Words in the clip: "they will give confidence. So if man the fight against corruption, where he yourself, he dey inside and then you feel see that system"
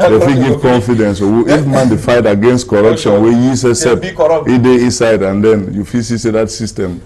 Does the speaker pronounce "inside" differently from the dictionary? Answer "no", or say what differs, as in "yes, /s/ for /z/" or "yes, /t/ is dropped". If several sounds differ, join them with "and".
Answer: no